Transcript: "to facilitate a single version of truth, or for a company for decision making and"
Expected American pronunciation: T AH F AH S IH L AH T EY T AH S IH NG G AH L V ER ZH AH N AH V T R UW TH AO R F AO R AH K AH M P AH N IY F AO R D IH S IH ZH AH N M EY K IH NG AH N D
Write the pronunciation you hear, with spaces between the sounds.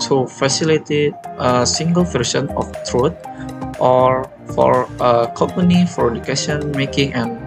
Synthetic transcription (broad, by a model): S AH F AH S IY L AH T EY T AH S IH NG G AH L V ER SH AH N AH F T R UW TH AO R F AO R AH K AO M P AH N IY F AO R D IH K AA S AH N M EY K IH NG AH N